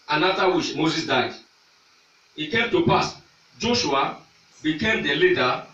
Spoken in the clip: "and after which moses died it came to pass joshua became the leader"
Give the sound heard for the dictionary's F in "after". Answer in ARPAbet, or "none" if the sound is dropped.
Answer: none